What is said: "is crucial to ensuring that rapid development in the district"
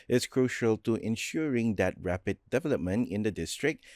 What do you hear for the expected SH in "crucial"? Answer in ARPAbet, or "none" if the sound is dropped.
SH